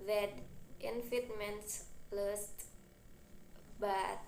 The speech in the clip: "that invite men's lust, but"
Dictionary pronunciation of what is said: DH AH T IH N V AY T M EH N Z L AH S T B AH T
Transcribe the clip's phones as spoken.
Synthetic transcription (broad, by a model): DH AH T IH N F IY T M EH N S L AH S T B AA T